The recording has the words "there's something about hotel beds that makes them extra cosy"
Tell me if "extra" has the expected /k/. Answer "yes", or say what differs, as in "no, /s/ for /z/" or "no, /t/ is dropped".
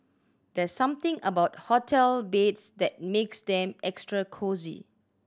yes